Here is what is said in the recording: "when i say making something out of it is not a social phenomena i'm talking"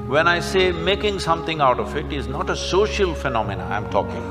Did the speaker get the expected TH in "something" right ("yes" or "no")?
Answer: no